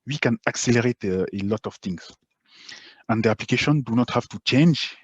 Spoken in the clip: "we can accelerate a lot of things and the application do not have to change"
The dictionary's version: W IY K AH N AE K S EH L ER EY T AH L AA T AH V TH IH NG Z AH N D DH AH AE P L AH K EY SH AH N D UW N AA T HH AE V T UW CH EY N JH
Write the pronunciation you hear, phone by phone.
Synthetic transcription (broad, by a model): W IY K AH N AE K S EH L ER EY T AH L AA T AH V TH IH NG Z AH N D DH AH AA P L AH K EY SH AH N D UW N AA T HH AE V T UW CH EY N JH